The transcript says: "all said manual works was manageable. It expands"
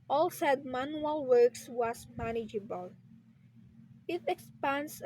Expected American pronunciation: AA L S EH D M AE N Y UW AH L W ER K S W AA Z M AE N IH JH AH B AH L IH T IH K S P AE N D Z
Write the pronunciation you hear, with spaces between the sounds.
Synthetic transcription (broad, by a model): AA L S EH D M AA N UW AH L W ER K S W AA S M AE N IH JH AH B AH L IH T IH K S P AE N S